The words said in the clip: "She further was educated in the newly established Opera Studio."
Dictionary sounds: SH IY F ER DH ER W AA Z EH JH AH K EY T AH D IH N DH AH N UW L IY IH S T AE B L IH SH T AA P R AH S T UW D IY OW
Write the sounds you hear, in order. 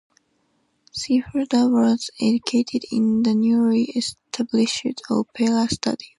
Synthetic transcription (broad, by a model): S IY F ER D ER W AA Z EH JH AH K EY T AH D IH N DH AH N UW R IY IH S T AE B L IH SH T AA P L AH S T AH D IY